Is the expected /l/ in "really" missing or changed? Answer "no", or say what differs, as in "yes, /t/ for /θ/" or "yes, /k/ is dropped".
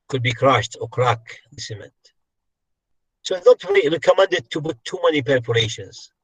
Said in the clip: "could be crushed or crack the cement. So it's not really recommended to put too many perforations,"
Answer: yes, /l/ is dropped